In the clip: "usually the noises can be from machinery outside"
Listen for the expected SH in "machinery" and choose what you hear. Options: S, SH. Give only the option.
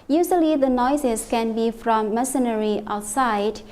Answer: S